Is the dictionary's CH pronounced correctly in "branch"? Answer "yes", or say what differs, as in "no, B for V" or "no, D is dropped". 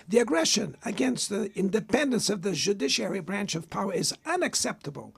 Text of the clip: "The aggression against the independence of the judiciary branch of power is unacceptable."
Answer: yes